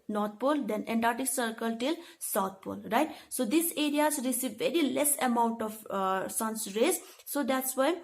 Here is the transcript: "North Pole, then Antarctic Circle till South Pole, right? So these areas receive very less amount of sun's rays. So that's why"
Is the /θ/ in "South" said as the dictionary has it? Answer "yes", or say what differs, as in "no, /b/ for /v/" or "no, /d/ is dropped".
no, /t/ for /θ/